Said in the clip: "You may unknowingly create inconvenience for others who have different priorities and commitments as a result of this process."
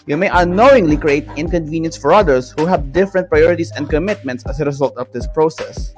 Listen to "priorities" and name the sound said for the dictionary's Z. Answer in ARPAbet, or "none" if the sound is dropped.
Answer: S